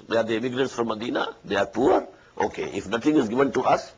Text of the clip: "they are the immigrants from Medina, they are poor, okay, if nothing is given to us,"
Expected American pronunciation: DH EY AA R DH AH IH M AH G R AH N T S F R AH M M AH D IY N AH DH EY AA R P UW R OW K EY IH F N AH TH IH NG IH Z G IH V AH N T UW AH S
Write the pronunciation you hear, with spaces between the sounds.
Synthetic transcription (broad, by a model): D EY AA R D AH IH M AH G R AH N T S F R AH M M AH D IY N AH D EY AA R P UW R OW K EY IH F N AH T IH NG IH Z G IH V AH N T UW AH S